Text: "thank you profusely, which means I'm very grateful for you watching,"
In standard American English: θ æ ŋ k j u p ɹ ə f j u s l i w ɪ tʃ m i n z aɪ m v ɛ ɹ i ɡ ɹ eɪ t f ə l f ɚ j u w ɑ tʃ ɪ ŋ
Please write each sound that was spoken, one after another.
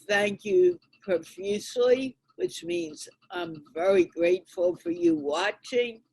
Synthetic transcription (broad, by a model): θ æ ŋ k j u p ɹ ə f j u s l i w ɪ tʃ m i n z aɪ m v ɛ ɹ i ɡ ɹ eɪ t f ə l f ɚ j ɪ w ɑ tʃ ɪ ŋ